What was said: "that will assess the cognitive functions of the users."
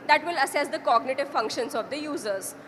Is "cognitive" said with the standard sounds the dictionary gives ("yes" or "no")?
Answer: yes